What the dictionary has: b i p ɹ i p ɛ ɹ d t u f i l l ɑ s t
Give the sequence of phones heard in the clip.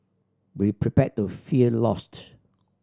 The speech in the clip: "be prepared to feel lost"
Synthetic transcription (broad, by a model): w i p ɹ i p ɛ t u f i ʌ l ɑ s t